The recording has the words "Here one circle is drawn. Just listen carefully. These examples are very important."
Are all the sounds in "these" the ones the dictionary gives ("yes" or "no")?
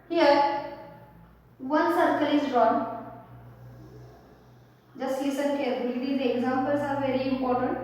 no